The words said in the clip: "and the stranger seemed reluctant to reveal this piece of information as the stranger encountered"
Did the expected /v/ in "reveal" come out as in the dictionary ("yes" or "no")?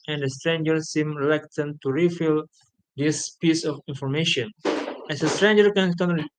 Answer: no